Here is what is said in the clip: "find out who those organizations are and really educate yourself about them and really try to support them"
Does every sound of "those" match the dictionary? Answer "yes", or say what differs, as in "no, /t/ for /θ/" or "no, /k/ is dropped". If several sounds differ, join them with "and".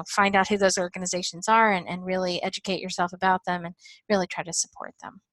yes